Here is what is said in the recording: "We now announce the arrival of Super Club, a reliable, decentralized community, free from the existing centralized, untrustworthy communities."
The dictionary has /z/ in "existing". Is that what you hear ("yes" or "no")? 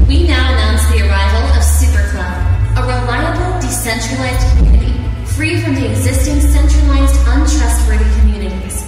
yes